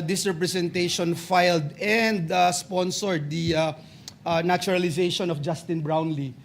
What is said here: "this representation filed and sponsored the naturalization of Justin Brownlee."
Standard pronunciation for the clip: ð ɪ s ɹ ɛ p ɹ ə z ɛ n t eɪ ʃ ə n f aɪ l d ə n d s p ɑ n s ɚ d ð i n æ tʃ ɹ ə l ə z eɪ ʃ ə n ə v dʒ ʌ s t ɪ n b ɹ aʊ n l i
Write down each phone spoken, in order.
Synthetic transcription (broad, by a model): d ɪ s ɹ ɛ p ɹ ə s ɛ n t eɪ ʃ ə n f aɪ l d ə n d s p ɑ n s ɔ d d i n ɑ tʃ ɹ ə l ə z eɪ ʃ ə n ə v dʒ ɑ s t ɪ n b ɹ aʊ n l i